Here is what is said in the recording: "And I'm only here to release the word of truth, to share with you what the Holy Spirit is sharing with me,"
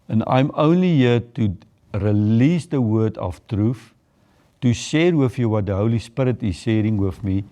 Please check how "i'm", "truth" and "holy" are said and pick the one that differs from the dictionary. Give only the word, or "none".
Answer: truth